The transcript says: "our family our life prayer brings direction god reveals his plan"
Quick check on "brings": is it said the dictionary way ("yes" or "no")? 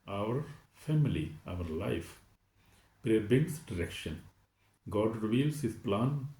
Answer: no